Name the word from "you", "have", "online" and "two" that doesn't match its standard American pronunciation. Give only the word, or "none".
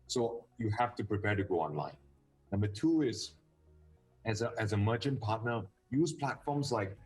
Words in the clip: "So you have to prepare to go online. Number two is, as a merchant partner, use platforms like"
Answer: have